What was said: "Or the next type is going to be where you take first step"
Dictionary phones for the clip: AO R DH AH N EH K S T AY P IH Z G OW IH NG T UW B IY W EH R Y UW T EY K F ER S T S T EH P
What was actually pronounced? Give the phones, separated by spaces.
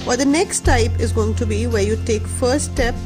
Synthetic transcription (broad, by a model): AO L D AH N EH K S T AY P IH Z G OW IH NG T UW B IY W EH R Y UW T EY K F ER T S T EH P